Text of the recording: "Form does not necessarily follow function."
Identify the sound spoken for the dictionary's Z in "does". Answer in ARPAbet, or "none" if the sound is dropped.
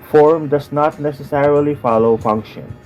S